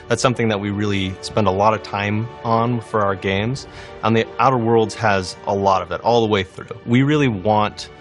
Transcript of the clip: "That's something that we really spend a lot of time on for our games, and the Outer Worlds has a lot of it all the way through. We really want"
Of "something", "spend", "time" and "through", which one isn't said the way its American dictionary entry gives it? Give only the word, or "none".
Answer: none